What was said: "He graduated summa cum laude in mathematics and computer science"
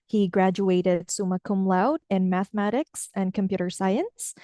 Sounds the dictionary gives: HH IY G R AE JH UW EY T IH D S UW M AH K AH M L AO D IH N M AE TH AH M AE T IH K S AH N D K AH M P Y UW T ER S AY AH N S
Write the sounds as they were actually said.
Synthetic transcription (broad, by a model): HH IY G R AE JH UW EY T IH D S UW M AH K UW M L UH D IH N M AE TH AH M AE T IH K S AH N K AH M P Y UW T ER S AY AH N S